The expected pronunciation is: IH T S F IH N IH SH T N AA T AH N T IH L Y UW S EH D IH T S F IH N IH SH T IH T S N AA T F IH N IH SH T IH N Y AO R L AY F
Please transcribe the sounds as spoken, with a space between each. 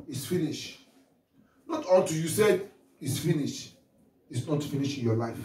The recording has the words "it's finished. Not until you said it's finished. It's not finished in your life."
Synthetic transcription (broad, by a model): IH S F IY N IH SH N AA T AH L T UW Y UW S EH D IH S F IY N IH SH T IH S N AA T F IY N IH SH IH N Y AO L AY F